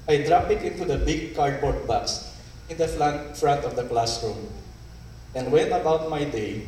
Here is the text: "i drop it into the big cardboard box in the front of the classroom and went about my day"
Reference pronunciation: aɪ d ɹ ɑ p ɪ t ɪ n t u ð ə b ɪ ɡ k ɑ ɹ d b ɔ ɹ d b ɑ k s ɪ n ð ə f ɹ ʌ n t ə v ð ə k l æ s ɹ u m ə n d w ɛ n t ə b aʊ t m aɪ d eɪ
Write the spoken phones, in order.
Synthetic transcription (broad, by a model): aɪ d ɹ ɑ p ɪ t ɪ n t u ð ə b ɪ ɡ k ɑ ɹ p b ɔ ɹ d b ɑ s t ɪ n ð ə f ɹ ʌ n t ə v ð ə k l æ s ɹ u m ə n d w ɛ n t ə b aʊ t m aɪ d eɪ